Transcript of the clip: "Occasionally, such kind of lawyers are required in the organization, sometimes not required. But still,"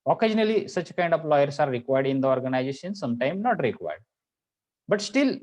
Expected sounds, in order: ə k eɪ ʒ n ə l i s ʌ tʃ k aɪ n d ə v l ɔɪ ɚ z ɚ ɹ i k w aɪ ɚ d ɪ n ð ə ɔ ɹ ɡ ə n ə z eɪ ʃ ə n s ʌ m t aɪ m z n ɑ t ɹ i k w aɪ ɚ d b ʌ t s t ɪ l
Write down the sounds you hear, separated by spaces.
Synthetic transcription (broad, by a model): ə k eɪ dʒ n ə l i s ʌ tʃ k aɪ n d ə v l ɔɪ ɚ s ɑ ɹ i k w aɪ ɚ d ɪ n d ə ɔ ɹ ɡ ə n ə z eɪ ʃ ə n s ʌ m t aɪ m n ɑ t ɹ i k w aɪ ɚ d b ʌ t s t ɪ l